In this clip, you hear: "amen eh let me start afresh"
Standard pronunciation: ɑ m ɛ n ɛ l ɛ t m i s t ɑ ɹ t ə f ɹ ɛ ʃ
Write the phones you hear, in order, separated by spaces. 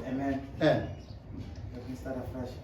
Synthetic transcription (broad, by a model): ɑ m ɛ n ɛ n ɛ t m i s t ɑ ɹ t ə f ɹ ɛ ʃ